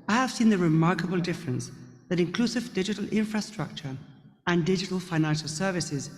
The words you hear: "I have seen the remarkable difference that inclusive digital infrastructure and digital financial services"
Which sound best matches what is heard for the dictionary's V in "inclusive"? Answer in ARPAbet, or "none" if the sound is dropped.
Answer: V